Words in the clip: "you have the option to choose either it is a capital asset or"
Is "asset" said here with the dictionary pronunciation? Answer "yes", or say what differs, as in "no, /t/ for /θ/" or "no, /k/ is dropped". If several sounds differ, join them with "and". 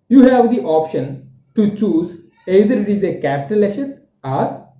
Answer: no, /ʃ/ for /s/